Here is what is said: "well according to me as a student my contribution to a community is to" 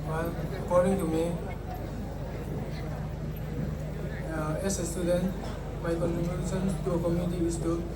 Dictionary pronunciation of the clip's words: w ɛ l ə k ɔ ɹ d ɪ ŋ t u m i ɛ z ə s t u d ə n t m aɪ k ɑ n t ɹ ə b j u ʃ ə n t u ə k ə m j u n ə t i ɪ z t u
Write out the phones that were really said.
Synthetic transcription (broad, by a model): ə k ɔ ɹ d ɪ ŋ t u m i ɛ s ə s t u d ə n t m aɪ k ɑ n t ɹ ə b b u s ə n t u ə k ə m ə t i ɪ s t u